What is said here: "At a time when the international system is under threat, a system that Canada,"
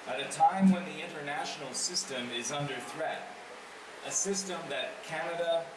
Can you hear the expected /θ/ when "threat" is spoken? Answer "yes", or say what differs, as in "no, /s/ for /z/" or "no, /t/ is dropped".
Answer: yes